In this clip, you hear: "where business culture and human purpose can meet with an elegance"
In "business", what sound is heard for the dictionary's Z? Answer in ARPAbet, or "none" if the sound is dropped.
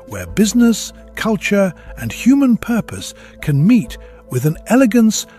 Z